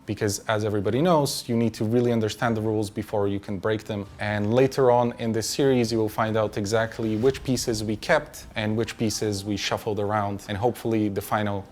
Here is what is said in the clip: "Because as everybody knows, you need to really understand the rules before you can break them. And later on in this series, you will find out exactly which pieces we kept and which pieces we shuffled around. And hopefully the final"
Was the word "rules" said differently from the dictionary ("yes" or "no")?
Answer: no